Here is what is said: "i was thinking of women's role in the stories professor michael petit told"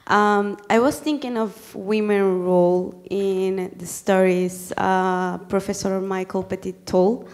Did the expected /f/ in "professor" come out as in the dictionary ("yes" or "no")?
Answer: yes